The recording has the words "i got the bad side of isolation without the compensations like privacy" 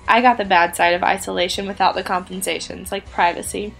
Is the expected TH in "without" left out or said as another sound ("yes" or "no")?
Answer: no